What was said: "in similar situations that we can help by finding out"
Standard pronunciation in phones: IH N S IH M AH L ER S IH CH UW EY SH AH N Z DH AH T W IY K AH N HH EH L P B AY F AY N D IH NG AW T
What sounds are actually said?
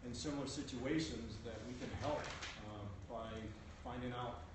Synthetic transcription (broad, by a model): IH N S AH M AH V S IH CH UW EY SH AH N Z DH AH T W IY K AH N HH EH L P B AY F AY N D IH NG AW T